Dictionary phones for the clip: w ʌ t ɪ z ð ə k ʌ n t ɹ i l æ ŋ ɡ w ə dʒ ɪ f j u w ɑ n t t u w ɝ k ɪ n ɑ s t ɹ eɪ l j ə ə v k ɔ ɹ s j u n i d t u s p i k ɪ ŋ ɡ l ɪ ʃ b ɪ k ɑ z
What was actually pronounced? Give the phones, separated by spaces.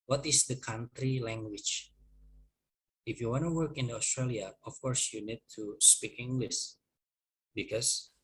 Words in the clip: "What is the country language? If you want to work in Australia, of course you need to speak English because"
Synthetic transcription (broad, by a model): w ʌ t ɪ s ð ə k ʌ n t ɹ i l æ ŋ ɡ w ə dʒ ɪ f j u w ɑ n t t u w ɝ k ɪ n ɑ s t ɹ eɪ l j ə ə f k ɔ ɹ s j u n i d t u s p i k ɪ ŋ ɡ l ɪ s b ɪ k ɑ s